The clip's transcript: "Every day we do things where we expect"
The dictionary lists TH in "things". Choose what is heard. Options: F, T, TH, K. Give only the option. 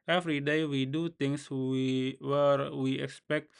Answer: T